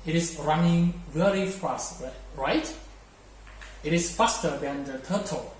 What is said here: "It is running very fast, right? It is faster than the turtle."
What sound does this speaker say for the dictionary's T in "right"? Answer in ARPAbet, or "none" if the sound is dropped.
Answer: T